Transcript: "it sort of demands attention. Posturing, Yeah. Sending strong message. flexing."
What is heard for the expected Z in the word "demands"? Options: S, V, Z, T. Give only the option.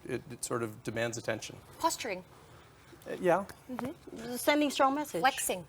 Z